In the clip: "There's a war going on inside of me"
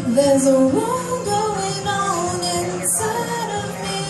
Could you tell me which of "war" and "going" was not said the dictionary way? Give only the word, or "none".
war